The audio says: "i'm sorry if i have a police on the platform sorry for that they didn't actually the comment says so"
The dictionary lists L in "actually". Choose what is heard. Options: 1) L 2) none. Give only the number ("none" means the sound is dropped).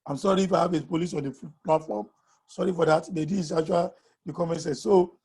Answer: 2